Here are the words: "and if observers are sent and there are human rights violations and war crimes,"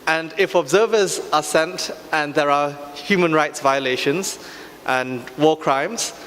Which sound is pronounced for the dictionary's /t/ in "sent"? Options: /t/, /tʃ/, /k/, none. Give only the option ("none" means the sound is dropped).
/t/